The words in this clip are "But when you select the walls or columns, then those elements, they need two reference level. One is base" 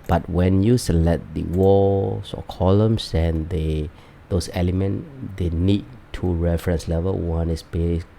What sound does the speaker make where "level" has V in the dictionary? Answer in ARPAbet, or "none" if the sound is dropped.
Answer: V